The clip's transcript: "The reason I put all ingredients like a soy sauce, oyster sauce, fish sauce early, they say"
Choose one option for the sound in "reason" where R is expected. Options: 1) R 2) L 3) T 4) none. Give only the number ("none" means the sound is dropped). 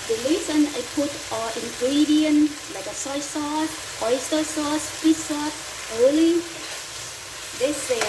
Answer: 2